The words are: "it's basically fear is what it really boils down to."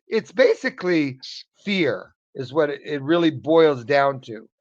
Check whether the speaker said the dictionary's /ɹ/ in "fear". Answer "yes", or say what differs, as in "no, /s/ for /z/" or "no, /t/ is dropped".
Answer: yes